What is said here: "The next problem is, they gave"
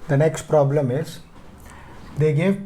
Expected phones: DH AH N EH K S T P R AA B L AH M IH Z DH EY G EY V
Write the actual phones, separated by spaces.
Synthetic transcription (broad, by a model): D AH N EH K S T P R AA B L AH M IH Z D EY G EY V